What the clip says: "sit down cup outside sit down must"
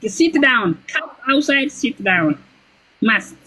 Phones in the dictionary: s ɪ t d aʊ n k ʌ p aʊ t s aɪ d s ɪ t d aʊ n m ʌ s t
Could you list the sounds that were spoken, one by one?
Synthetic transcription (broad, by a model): s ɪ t d aʊ n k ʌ aʊ t s aɪ d s ɪ t d aʊ n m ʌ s